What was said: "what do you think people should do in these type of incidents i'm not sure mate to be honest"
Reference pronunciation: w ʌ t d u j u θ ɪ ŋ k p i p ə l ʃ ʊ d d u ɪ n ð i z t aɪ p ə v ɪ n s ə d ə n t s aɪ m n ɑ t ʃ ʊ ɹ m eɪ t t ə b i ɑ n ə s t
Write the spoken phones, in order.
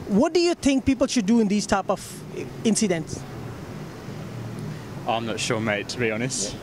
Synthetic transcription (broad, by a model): w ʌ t d u j u t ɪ ŋ k p i p ə l ʃ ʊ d d u ɪ n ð i s t aɪ p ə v ɪ n s ə d ə n t s aɪ m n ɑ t ʃ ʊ m eɪ t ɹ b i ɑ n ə s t